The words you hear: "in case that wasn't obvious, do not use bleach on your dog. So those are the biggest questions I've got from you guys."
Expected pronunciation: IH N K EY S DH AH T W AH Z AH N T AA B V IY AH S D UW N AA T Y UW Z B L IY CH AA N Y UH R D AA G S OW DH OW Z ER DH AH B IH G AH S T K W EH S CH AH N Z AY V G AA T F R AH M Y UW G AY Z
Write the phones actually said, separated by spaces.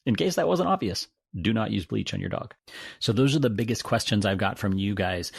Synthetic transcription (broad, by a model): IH N K EY S DH AH T W AH Z AH N T AA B V IY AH S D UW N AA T Y UW Z B L IY CH N Y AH R D AA G S OW DH OW Z ER DH AH B IH G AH S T K W EH S CH AH N Z AY V G AA T F R AH M Y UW G AY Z